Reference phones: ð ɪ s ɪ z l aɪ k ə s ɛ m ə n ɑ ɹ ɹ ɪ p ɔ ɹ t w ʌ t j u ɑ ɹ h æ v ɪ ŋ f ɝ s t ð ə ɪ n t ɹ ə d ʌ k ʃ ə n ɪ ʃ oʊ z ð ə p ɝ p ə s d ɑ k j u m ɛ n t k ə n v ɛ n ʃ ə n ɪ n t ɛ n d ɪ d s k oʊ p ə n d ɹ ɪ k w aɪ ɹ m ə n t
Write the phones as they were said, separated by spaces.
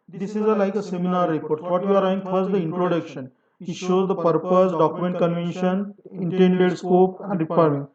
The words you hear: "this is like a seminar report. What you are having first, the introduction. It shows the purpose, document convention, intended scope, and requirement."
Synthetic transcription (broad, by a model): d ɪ s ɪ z l aɪ k ə s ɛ m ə n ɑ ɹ ɹ ɪ p ɔ ɹ t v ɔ t j u ɑ ɹ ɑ ɪ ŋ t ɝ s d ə ɪ n t ɹ ə d ʌ k ʃ ə n ɪ ʃ oʊ z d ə p ɝ p ə s d ɑ k j u m ɛ n t k ə n v ɛ n ʃ ə n ɪ n t ɛ n d ɪ d s k oʊ p ə n d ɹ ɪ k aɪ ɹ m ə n